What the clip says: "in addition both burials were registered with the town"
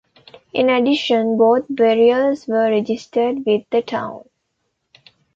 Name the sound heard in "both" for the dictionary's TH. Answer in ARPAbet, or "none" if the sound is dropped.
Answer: T